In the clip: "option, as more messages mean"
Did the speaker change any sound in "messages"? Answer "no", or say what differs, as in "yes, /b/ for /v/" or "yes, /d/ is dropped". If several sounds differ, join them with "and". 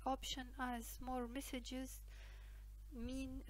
no